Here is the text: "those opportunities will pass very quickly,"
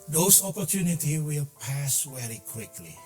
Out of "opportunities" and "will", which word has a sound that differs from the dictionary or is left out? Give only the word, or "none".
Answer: opportunities